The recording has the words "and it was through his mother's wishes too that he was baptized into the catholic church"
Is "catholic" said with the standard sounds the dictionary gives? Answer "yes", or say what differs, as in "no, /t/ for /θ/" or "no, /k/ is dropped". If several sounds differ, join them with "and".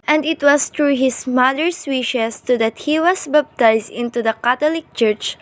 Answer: no, /t/ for /θ/